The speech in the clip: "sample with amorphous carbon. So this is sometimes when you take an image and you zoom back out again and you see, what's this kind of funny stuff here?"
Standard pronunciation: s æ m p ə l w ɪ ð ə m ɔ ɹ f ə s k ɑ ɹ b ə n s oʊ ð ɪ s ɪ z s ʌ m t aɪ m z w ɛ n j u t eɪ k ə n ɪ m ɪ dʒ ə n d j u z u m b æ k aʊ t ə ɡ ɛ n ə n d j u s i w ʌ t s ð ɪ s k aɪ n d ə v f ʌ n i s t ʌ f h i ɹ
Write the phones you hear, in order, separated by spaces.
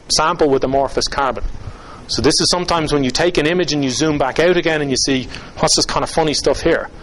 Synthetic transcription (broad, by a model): s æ m p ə l w ɪ ð ə m ɔ ɹ f ə s k ɑ ɹ b ə n s oʊ ð ɪ s ɪ z s ʌ m t aɪ m z w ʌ n j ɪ t eɪ k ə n ɪ m ɪ dʒ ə n j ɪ z u m b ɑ k aʊ t ə ɡ ɛ n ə n j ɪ s i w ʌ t s ð ɪ s k aɪ n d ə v f ʌ n i s t ʌ f h i ɹ